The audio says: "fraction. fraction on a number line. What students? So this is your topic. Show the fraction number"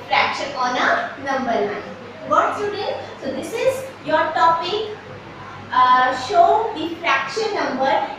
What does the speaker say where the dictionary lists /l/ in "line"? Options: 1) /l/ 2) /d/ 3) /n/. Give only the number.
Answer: 3